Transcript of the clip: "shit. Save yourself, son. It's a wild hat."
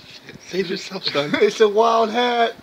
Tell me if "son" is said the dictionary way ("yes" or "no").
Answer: no